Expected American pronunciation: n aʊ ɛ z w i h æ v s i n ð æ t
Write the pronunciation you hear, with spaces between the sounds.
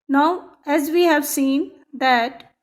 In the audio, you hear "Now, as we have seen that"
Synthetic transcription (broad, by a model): n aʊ ɛ z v i h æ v s i n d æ t